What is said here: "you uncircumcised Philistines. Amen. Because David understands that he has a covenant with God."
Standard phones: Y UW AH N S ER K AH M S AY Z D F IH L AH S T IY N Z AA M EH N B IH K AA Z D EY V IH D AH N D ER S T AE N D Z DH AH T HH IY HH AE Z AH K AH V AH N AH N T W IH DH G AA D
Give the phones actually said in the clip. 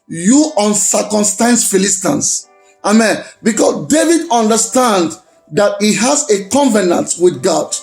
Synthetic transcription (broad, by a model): Y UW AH N S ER K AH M S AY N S F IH L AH S T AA N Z AA M EH N B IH K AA S D EY V IH D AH N D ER S T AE N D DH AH T HH IY HH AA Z AH K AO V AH N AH N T W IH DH G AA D